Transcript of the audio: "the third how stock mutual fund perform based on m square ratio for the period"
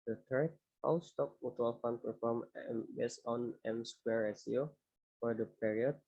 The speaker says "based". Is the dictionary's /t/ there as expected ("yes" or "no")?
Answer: no